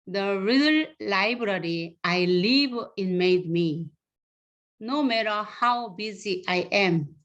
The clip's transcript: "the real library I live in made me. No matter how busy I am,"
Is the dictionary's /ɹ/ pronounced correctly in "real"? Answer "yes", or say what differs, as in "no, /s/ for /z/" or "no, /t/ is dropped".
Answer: yes